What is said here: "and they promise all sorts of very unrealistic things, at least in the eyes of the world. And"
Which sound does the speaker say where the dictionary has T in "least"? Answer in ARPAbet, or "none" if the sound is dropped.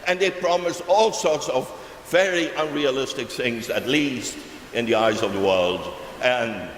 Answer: T